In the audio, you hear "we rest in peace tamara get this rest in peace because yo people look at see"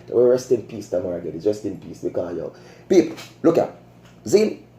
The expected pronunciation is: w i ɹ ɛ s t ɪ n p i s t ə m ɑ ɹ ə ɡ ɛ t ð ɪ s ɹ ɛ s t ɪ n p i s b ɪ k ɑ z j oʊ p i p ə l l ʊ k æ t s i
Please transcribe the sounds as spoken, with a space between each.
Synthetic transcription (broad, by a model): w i ɹ ɛ s t ɪ n p i s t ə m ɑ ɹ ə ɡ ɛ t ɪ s ɹ ɛ s t ɪ n p i s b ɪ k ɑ j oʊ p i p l l ʊ k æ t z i